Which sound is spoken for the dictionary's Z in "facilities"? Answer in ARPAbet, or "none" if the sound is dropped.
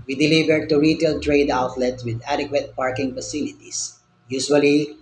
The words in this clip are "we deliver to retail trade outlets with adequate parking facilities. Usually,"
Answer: S